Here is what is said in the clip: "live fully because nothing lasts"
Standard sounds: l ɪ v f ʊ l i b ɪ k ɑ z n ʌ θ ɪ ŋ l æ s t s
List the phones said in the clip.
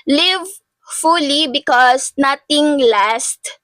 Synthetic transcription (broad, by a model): l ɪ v f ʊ l i b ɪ k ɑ s n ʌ t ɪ ŋ l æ s t